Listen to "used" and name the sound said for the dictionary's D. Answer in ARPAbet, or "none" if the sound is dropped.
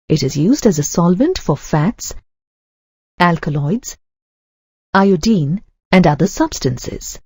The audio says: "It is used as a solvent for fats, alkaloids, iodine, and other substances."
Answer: D